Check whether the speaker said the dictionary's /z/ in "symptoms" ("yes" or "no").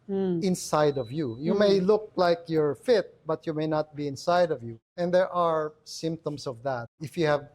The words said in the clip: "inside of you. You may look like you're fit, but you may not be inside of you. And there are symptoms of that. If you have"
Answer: no